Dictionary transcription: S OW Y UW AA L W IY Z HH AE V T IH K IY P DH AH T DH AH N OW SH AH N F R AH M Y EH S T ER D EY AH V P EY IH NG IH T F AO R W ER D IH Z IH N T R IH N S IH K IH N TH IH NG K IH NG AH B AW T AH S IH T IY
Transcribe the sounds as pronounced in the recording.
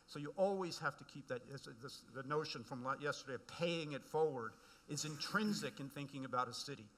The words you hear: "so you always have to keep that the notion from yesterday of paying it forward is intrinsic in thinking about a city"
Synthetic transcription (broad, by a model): S OW Y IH AA L W IY Z HH AE F T IH K IY P DH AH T DH AH N OW SH AH N F R AH M Y EH S T ER D EY AH V P EY IH NG IH T F AO R W ER D IH Z IH N T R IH N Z IH K IH N TH IH NG K IH NG AH B AW T AH S IH T IY